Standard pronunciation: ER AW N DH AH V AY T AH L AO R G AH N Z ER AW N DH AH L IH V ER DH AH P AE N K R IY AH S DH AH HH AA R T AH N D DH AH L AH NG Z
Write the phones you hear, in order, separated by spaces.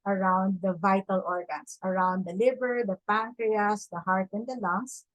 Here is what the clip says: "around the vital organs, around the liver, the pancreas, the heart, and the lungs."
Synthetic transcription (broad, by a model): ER AW N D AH V AY T AH L AO R G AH N S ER AW N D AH L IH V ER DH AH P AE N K R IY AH S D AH HH AA R T AH N D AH L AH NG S